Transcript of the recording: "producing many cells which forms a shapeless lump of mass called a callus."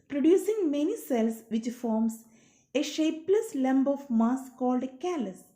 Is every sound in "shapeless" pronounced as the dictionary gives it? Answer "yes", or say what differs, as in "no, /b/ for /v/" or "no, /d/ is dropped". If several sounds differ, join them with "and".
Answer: yes